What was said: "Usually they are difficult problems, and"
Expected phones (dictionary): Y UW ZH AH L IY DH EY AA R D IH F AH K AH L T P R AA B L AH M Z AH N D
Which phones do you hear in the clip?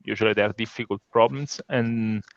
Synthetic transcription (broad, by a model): Y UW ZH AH L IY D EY AA R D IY F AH K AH L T P R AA B L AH M S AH N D